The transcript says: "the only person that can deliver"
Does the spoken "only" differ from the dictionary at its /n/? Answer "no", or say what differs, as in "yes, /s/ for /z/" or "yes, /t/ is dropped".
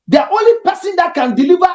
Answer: yes, /n/ is dropped